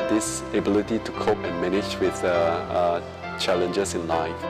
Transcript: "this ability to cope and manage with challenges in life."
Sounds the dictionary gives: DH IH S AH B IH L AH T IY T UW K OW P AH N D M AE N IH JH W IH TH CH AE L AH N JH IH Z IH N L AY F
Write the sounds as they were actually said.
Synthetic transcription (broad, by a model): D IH S AH B IH L AH T IY T UW K OW P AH N M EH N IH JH W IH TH CH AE L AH N JH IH S IH N L AY F